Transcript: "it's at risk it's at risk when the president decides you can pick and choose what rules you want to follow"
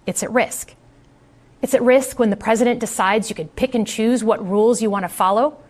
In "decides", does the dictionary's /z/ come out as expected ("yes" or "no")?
yes